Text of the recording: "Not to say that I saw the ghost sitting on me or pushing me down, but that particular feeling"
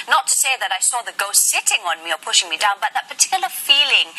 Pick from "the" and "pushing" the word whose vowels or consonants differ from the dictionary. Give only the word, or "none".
none